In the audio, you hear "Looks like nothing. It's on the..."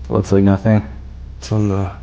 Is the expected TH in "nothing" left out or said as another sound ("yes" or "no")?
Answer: no